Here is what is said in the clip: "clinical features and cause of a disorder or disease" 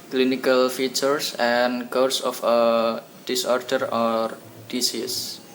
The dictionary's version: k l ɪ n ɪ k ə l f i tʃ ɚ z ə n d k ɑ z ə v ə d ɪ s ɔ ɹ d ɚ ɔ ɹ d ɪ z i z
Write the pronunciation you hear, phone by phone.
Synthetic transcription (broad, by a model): k l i n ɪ k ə l f i tʃ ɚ s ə n k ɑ s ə f ə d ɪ s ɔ ɹ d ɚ ɔ ɹ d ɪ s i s